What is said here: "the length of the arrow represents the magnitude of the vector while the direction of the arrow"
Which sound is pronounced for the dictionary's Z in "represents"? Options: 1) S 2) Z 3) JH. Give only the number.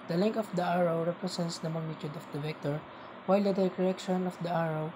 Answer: 1